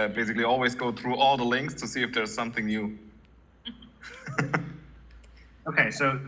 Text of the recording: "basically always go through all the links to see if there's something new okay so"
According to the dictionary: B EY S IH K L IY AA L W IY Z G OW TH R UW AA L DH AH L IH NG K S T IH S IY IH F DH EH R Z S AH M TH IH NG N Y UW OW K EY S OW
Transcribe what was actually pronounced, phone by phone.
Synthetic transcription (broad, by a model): B EY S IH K L IY AA L W IY Z G OW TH R UW AA L DH AH L IH NG K S T IH S IY IH F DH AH R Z S AH M TH IH NG N Y UW OW K EY S OW